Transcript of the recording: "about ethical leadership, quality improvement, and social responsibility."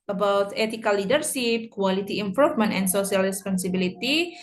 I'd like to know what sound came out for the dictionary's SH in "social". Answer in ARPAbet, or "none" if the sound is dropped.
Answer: S